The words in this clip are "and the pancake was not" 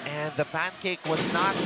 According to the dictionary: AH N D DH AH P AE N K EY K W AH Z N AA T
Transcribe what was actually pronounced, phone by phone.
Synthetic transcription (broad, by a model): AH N DH AH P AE N K EY K W AH Z N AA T